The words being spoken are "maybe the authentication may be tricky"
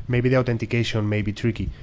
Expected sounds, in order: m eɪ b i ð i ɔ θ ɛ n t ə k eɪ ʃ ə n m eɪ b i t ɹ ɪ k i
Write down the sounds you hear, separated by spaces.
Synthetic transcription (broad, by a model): m eɪ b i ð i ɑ t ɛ n t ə k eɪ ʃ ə n m eɪ b i t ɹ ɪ k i